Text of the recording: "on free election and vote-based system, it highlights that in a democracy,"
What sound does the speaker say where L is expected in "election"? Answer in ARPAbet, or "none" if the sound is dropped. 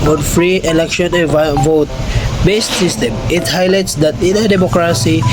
L